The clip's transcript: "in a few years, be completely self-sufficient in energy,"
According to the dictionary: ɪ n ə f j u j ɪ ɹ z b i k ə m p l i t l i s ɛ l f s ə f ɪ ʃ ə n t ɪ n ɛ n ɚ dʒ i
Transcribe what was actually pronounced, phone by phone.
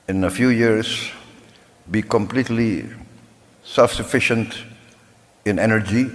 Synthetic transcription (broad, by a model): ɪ n ə f j u j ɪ ɹ s b i k ə m p l i t l i s ɛ l f s ə f ɪ ʃ ə n t ɪ n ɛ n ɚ dʒ i